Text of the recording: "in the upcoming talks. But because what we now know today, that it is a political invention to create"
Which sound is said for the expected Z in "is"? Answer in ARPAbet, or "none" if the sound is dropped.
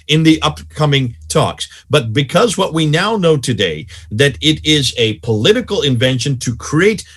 Z